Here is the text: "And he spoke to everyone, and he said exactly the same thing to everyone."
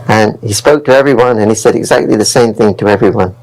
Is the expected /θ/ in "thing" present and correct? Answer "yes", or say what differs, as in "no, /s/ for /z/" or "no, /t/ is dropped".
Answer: yes